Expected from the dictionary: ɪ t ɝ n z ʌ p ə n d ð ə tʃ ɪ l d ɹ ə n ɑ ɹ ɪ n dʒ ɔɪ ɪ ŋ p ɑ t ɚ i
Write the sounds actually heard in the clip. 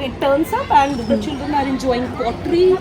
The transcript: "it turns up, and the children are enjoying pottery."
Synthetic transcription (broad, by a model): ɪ t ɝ n s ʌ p ə n d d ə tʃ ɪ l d ə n ɑ ɹ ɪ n dʒ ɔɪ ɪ ŋ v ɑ t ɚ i